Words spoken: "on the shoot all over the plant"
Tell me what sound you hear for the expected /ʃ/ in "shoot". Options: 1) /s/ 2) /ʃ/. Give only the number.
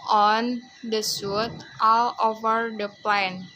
1